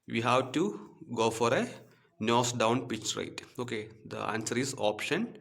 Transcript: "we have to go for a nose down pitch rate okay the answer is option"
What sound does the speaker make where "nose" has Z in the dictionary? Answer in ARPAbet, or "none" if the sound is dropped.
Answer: S